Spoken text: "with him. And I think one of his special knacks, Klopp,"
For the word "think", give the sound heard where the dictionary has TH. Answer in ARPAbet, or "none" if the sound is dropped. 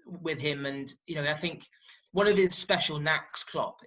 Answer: TH